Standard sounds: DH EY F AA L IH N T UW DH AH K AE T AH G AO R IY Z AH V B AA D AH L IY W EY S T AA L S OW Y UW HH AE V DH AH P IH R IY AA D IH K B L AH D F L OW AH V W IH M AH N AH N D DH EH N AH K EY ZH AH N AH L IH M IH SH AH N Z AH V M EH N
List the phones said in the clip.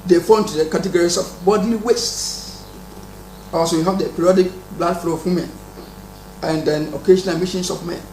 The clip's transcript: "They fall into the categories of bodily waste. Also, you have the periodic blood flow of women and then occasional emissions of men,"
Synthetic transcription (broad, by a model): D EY F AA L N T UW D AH K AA T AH G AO R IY S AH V B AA D L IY W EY S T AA S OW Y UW HH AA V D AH P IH R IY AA D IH K B L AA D F L OW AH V W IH M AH N AH N D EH N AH K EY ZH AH N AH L M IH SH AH N S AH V M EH N